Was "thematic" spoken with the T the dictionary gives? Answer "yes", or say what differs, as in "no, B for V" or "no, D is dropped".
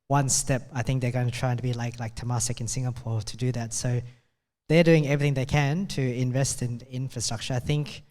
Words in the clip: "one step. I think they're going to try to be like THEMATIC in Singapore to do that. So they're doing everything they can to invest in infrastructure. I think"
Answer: no, S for T